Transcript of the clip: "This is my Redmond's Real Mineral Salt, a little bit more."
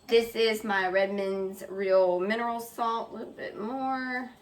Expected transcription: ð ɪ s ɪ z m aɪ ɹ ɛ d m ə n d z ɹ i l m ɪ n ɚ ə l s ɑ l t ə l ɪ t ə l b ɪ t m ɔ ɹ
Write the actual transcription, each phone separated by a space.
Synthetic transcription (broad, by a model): ð ɪ s ɪ z m aɪ ɹ ɛ d m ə n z ɹ i l m ɪ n ɚ l s ɑ l t l ɪ t l b ɪ t m ɔ ɹ